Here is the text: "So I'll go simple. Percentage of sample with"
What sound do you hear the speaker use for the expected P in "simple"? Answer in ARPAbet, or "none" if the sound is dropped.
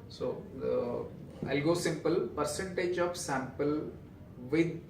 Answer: P